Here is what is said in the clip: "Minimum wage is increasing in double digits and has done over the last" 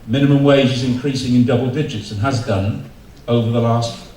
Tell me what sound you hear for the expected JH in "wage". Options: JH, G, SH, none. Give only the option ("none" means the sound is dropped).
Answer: JH